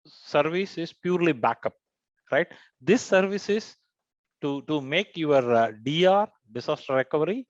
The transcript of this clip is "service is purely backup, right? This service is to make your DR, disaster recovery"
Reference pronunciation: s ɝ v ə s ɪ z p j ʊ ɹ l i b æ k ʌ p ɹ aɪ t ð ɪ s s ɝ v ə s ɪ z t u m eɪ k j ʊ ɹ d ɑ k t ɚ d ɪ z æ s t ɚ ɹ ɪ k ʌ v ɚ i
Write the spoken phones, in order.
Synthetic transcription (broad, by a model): s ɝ v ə s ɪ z p j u ɹ l i b æ k ʌ p ɹ aɪ t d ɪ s s ɝ v ə s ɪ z t u m eɪ k j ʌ ɹ d ɑ t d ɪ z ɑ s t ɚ ɹ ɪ k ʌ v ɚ i